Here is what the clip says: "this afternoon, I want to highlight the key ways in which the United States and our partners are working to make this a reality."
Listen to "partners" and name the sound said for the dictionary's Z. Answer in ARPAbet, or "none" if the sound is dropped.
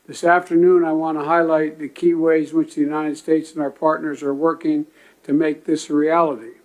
Z